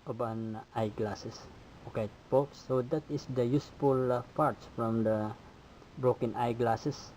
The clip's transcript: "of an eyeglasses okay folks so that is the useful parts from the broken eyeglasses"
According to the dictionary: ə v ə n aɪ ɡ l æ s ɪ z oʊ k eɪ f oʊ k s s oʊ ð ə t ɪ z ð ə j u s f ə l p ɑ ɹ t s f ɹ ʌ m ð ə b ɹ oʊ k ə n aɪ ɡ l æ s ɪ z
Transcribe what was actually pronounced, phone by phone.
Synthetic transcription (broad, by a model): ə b ə n aɪ ɡ l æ s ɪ s oʊ k eɪ p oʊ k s s oʊ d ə t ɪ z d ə j u s f ə l p ɑ ɹ t s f ɹ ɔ m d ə b ɹ oʊ k ə n aɪ ɡ l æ s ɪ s